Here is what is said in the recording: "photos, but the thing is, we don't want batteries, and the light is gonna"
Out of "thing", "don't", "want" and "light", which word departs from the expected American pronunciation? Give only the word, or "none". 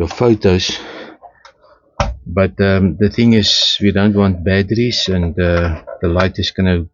none